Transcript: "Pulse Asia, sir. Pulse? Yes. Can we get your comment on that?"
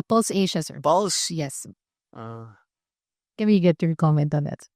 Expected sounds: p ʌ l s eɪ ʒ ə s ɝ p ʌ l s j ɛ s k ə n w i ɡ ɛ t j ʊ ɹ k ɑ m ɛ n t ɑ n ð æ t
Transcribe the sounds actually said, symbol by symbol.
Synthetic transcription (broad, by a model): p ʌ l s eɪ ʃ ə s ɝ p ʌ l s j ɛ s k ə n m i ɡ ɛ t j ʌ ɹ k ɑ m ɛ n t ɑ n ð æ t